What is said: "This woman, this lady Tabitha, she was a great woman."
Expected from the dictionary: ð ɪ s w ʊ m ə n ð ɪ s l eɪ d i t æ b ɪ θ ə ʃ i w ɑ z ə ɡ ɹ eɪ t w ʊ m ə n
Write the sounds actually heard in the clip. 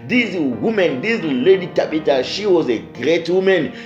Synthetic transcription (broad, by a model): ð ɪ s w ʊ m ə n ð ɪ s l eɪ d i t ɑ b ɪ t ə ʃ i w ɑ z ə ɡ ɹ eɪ t w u m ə n